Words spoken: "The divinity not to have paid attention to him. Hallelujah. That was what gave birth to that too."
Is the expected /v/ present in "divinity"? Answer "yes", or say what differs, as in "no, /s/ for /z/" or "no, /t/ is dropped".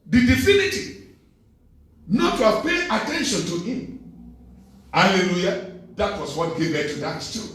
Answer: no, /f/ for /v/